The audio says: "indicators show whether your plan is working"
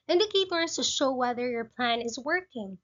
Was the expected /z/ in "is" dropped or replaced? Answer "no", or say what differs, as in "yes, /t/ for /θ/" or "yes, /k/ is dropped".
no